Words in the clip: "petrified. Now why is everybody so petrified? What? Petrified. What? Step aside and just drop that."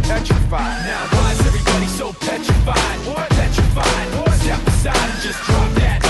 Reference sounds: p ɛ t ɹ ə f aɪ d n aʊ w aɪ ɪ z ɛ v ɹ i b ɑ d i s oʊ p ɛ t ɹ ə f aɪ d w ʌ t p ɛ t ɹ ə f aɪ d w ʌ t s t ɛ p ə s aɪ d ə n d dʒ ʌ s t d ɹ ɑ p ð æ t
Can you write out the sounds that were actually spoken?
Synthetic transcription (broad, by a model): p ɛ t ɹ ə f aɪ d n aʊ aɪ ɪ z ɛ v ɹ i b ɑ d i s oʊ p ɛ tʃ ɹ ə f aɪ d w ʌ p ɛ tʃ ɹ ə f aɪ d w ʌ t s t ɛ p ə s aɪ ə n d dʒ ʌ s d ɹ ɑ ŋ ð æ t